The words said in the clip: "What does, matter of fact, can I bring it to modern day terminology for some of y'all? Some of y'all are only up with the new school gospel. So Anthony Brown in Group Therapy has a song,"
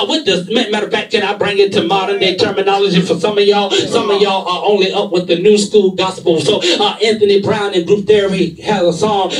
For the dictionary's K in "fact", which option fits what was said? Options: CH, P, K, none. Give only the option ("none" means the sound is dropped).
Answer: none